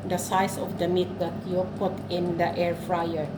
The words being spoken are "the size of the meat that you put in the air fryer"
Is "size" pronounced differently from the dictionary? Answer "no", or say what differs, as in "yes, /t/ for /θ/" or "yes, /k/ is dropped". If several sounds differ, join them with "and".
yes, /s/ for /z/